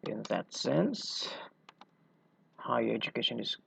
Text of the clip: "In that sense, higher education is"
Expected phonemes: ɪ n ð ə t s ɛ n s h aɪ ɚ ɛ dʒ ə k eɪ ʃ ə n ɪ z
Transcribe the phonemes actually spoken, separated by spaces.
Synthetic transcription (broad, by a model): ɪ n ð ə t s ɛ n s h aɪ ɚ ɛ dʒ ə k eɪ ʃ ə n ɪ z